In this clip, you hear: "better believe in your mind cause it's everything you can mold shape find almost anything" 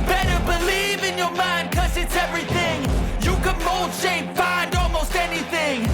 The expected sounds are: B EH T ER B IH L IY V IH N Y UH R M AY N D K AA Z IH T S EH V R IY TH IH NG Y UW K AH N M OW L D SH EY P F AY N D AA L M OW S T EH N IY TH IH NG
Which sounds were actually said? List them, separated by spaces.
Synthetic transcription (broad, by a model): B EH T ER B IH L IY V IH N Y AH R M AY N D K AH Z IH T S EH V R IY TH IH NG Y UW K AH N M OW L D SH EY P F AY N D AA L M OW S T EH N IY TH IH NG